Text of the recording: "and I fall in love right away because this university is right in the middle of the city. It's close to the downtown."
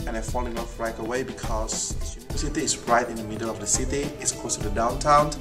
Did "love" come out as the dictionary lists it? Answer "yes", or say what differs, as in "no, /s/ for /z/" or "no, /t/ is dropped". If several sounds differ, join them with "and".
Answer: no, /f/ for /v/